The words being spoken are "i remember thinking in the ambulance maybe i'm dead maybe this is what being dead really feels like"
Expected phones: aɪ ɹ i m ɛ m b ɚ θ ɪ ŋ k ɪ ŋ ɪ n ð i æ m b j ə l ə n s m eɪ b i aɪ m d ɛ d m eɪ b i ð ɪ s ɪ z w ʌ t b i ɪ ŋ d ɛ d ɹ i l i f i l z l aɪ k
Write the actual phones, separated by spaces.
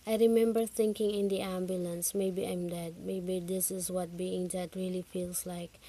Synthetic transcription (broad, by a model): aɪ ɹ i m ɛ m b ɚ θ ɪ ŋ k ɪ ŋ ɪ n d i æ m b j ə l ə n s m eɪ b i aɪ m d ɛ d m eɪ b i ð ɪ s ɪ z w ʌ t b i ɪ ŋ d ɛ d ɹ i l i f i l s l aɪ k